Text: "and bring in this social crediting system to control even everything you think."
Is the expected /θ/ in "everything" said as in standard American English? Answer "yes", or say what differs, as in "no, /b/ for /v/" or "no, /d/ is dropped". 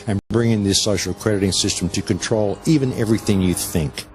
yes